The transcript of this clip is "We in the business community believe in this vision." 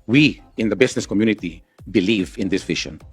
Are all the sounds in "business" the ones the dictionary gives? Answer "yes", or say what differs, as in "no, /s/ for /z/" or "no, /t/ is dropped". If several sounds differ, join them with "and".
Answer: no, /s/ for /z/